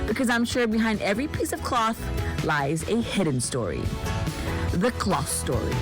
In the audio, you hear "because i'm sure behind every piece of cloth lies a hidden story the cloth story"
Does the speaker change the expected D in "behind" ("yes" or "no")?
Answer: no